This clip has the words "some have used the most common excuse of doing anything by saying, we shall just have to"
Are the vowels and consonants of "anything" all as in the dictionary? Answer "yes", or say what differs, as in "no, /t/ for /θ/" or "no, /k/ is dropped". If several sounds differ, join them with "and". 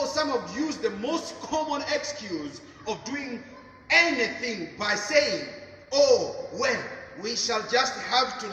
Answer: yes